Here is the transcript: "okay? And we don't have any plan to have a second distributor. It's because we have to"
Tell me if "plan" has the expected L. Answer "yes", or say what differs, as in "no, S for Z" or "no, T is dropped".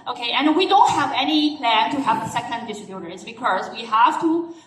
yes